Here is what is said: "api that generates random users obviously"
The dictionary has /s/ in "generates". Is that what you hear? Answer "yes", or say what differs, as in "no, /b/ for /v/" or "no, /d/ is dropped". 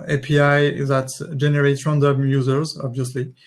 no, /s/ is dropped